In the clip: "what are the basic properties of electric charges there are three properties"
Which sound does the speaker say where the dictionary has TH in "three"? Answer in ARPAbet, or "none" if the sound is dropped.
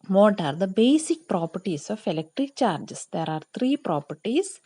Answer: T